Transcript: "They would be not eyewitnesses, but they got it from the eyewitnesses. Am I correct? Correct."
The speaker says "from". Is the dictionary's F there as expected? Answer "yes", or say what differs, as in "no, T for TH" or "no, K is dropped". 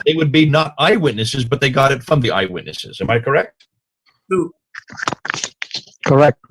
yes